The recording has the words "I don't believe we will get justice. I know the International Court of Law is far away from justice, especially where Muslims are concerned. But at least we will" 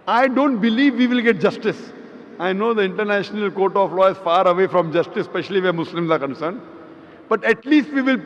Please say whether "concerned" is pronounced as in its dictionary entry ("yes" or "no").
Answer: yes